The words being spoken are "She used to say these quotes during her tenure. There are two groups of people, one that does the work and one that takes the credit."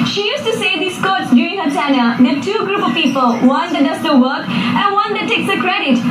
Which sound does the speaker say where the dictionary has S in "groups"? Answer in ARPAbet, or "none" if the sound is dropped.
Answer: none